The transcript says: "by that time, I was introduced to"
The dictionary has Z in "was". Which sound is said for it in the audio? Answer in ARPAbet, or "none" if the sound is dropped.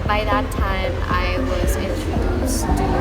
Z